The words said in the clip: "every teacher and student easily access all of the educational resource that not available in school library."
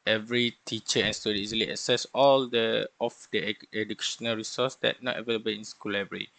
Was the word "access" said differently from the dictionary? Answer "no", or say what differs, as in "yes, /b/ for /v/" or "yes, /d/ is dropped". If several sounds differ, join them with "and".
yes, /k/ is dropped